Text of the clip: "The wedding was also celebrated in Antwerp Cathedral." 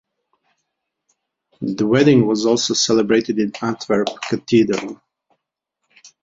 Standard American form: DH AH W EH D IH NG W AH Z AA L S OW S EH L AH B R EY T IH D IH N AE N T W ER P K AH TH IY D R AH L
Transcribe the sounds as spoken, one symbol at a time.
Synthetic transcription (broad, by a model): DH AH W EH D IH NG W AH Z AA L S OW S EH L AH B R EY T IH D IH N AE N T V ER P K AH T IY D R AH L